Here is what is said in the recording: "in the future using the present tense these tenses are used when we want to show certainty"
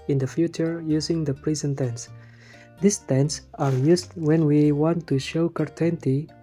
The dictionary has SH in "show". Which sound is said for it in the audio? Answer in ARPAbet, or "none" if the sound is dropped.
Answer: SH